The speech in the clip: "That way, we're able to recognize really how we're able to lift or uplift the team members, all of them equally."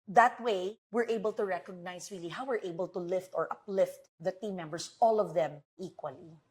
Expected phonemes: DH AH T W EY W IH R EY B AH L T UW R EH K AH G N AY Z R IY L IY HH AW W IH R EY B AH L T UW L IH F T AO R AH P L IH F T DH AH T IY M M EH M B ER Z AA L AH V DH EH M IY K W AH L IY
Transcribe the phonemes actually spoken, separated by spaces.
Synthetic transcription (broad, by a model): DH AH T W EY W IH R EY B AH L T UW R EH K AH G N AY S R IY L IY HH AW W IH R EY B AH L T UW L IH F T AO R AH P L IH F T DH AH T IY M M EH M B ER S AA L AH V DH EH M IY K W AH L IY